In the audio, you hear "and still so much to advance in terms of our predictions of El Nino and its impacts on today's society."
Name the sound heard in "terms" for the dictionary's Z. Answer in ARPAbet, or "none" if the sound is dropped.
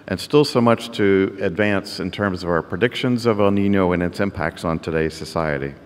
Z